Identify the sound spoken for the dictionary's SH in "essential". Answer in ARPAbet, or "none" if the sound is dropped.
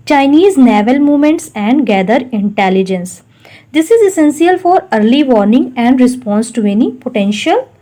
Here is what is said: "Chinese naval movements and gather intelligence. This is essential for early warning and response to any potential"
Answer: S